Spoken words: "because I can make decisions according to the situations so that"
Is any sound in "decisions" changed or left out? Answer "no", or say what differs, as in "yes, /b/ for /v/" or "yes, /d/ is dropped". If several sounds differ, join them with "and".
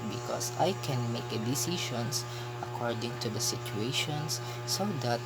yes, /ʃ/ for /ʒ/ and /s/ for /z/